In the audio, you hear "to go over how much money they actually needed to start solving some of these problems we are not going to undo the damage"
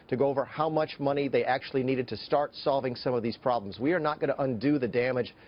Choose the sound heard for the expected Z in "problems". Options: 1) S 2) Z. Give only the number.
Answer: 2